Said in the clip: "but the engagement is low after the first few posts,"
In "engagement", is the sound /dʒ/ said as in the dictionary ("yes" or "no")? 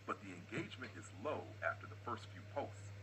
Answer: yes